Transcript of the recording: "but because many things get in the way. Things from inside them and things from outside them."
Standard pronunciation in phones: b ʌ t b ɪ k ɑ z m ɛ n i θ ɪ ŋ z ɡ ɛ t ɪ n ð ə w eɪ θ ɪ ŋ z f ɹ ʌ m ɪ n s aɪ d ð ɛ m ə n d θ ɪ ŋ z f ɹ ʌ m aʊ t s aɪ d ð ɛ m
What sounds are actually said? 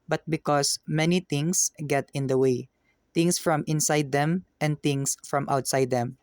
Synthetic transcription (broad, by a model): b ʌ t b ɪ k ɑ s m ɛ n i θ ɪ ŋ s ɡ ɛ t ɪ n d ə w eɪ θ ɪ ŋ s f ɹ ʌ m ɪ n s aɪ d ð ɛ m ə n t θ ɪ ŋ s f ɹ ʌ m aʊ t s aɪ d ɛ m